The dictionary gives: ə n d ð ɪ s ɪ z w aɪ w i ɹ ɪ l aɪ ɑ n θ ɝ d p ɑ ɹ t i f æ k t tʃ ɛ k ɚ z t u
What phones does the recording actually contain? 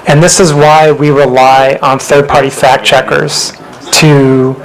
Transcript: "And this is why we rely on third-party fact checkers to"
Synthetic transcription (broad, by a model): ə n ð ɪ s ɪ z w aɪ w i ɹ ɪ l aɪ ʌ n θ ɝ d p ɑ ɹ t i f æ k tʃ ɛ k ɚ z t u